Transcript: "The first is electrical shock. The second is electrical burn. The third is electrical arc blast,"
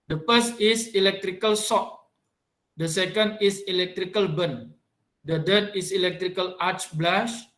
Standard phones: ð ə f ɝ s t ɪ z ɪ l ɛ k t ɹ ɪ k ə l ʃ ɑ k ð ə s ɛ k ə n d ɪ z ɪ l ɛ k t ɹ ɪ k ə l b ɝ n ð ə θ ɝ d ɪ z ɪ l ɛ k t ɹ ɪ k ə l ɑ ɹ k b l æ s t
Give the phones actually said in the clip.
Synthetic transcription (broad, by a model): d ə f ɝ s t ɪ s ɪ l ɛ k t ɹ ɪ k ə l s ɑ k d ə s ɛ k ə n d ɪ s ɪ l ɛ k t ɹ ɪ k ə l b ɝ n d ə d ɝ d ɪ s ɪ l ɛ k t ɹ ɪ k ə l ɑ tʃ b l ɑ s